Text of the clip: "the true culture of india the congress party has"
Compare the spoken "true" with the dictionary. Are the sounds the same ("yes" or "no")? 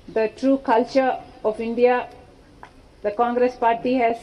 yes